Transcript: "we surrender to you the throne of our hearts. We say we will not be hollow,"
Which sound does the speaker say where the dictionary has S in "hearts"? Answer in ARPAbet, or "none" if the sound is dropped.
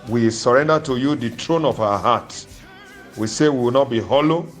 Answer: none